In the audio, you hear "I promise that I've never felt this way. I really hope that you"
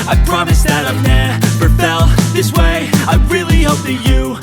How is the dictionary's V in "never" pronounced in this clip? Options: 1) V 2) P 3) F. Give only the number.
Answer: 2